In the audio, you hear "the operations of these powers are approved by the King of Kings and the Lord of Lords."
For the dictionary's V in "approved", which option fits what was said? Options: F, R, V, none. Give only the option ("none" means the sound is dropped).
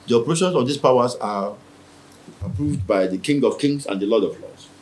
V